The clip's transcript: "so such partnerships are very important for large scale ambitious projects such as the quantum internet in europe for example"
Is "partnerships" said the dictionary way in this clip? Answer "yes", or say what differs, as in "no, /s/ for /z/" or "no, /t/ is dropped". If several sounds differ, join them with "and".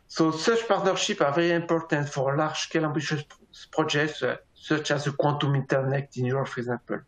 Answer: no, /s/ is dropped